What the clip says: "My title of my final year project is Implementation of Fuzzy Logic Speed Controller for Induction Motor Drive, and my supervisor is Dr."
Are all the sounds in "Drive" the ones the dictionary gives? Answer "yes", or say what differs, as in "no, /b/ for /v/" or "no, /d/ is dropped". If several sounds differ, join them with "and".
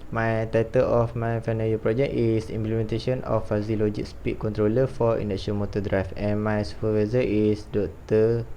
no, /f/ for /v/